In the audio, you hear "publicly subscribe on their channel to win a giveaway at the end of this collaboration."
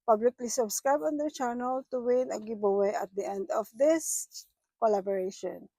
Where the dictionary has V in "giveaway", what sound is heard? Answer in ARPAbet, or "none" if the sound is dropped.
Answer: B